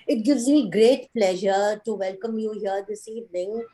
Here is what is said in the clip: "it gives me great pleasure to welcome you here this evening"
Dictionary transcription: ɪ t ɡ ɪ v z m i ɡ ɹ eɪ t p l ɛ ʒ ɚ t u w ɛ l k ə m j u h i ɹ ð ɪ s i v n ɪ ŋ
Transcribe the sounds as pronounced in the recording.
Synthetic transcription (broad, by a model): ɪ t ɡ ɪ v z m i ɡ ɹ eɪ t p l ɛ ʒ ɚ t u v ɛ l k ə m j u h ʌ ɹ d ɪ s i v n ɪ ŋ